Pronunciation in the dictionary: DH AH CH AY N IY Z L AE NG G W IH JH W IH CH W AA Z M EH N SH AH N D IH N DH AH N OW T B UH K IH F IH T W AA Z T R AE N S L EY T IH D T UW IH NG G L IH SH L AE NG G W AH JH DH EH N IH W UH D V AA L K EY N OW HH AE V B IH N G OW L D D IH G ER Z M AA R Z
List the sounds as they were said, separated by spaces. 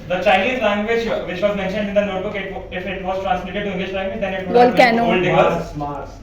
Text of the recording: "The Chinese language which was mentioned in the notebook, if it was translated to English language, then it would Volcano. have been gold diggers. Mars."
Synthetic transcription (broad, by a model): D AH CH AY L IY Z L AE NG G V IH JH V IH CH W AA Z M EH N SH AH N D IH N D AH N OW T B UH K IH F IH T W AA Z T R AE N S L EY T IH D T UW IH NG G L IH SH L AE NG G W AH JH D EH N IH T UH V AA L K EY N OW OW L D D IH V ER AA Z